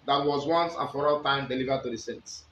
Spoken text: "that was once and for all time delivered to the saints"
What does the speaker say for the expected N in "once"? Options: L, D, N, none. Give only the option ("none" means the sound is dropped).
N